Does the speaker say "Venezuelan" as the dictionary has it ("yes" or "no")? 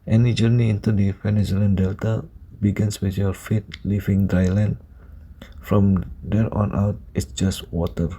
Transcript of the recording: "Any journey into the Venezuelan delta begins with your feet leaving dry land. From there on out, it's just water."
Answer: no